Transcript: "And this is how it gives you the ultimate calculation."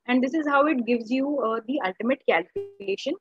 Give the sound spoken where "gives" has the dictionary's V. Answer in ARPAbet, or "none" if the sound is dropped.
V